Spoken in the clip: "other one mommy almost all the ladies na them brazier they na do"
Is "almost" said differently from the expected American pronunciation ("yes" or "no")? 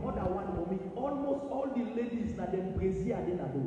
no